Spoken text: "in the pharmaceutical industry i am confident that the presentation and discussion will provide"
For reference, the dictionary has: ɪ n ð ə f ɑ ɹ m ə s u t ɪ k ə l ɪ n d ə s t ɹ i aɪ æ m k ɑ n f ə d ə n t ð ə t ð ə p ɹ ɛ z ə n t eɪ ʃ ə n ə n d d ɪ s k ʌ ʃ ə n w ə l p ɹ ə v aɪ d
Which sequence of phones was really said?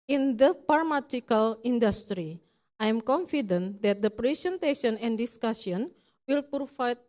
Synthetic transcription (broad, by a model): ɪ n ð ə p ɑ ɹ m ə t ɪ k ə l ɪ n d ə s t ɹ i aɪ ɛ m k ɑ n f ə d ə n t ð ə t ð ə p ɹ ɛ s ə n t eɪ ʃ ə n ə n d d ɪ s k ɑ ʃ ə n w ə l p ɹ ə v aɪ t